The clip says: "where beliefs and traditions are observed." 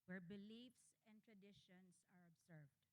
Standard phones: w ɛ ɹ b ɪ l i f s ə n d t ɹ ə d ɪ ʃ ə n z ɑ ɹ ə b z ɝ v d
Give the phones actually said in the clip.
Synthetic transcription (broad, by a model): w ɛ ɹ b ɪ l i f s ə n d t ɹ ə d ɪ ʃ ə n s ɑ ɹ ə b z ɝ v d